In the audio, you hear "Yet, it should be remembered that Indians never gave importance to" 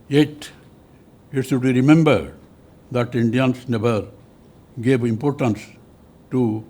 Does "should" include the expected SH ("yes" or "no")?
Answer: no